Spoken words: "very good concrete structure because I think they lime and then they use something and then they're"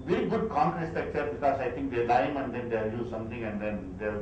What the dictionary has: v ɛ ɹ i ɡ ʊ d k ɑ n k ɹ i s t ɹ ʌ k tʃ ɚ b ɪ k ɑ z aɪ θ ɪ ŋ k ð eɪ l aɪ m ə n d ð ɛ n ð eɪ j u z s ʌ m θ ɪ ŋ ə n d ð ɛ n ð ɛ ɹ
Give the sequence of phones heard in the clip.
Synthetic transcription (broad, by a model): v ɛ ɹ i ɡ ʊ d k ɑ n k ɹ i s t ʌ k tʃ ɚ b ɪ k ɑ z aɪ t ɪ ŋ k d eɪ l aɪ m ə n d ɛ n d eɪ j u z s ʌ m t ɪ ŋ ə n d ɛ n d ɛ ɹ